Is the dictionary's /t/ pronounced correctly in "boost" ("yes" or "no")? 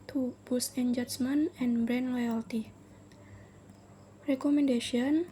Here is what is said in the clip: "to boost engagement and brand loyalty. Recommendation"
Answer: no